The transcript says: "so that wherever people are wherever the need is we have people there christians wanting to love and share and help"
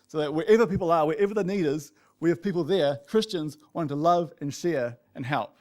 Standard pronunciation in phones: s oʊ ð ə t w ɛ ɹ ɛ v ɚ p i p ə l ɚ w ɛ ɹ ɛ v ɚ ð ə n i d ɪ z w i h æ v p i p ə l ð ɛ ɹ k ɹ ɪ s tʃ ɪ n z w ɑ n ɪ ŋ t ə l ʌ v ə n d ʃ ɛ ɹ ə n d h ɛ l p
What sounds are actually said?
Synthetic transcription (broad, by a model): s oʊ ð ə t w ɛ ɹ ɛ v ɚ p i p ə l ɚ w ɛ ɹ ɛ v ɚ ð ə n i d ɪ z w i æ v p i p l ð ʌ ɹ k ɹ ɪ s tʃ ɪ n z w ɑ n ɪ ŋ t ə l ʌ v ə n ʃ ɛ ɹ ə n h ɛ l p